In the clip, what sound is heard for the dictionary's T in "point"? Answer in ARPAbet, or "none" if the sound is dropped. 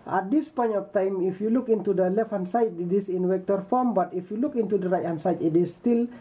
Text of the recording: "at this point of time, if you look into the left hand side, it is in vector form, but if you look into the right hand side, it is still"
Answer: none